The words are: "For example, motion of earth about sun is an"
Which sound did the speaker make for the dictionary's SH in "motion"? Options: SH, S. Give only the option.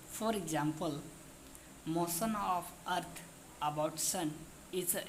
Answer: S